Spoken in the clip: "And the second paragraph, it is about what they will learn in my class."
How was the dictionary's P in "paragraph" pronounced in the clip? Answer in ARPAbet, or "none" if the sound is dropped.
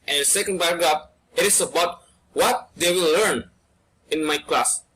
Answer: B